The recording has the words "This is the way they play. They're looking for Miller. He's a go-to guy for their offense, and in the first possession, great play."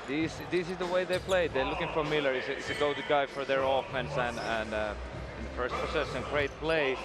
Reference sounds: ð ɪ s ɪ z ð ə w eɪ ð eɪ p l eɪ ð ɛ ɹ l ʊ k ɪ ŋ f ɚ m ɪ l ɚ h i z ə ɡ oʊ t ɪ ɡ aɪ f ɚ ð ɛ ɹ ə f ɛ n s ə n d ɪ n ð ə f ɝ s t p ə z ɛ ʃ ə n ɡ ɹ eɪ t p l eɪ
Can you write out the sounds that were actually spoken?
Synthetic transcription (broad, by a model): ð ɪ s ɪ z ð ə w eɪ ð eɪ p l eɪ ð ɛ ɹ l ʊ k ɪ ŋ f ɚ m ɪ l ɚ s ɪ s ə ɡ oʊ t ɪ ɡ aɪ f ɚ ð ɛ ɹ ə f ɛ n s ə n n ɪ n ð ə f ɝ s t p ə s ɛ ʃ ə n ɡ ɹ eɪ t p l eɪ